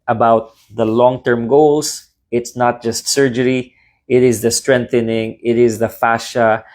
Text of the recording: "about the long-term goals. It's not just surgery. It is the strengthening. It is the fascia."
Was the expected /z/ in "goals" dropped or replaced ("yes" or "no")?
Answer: yes